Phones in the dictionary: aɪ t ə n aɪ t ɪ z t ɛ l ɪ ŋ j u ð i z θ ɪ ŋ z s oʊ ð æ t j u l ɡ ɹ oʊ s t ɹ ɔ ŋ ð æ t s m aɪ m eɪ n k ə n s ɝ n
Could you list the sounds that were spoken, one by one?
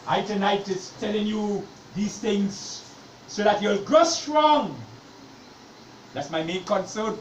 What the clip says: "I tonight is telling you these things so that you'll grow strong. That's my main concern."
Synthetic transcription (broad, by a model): aɪ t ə n aɪ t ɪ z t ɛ l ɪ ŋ j u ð i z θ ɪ ŋ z s oʊ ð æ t j u l ɡ oʊ s t ɹ ɔ ŋ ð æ t s m aɪ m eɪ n k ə n s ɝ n